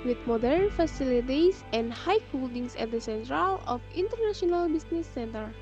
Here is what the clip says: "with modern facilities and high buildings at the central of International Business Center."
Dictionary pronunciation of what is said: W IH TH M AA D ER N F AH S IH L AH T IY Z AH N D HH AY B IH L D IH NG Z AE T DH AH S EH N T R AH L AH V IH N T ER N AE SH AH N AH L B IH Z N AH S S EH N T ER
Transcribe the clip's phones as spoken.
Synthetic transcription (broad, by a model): W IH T M AA D ER N F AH S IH L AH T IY S AH N D HH AY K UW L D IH NG S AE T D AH S EH N T R AH L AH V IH N T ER N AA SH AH N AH L B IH S N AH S S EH N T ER